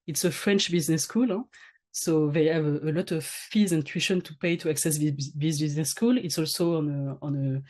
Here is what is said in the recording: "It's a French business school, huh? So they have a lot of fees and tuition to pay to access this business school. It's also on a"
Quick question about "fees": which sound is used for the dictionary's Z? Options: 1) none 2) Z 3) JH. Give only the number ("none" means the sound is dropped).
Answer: 2